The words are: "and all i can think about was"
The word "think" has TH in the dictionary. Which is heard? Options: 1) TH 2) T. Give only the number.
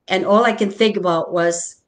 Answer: 1